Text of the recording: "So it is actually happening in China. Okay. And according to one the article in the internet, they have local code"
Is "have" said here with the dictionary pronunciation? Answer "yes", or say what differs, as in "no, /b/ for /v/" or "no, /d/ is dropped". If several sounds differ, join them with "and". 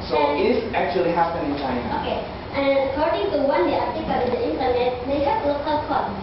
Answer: no, /p/ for /v/